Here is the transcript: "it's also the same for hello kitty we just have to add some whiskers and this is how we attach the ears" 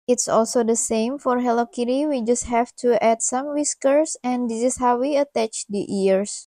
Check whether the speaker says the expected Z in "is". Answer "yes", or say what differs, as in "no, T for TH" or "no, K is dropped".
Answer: no, S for Z